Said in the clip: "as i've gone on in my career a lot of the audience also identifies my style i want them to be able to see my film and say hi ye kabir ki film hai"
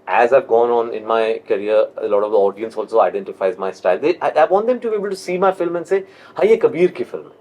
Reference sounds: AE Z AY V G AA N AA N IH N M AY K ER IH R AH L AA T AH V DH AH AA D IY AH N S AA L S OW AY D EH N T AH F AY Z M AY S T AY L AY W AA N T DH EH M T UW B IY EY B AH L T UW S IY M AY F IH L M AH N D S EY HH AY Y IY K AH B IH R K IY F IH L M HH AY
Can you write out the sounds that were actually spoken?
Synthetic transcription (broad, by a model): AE Z AY V G AA N AA N IH N M AY K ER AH R AH L AA T AH V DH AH AA D IY AH N S AA L S OW AY D EH N T AH F AY Z M AY S T AY L AY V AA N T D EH M T UW B IY EY B AH L T UW S IY M AY F IH L M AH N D S EY HH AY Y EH K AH B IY R K IY F IH L M